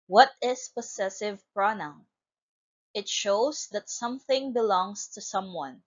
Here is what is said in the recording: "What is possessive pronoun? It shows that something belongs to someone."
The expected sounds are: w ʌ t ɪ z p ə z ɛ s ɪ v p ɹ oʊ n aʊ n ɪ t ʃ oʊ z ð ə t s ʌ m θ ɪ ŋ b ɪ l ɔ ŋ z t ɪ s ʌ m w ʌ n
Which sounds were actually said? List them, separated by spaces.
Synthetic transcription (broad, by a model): w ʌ t ɪ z p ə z ɛ s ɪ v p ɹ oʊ n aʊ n ɪ t ʃ oʊ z ð ə t s ʌ m θ ɪ ŋ b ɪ l ɔ ŋ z t ɪ s ʌ m w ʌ n